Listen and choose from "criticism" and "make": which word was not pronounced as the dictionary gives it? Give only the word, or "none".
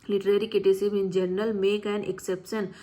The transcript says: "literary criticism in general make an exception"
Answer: criticism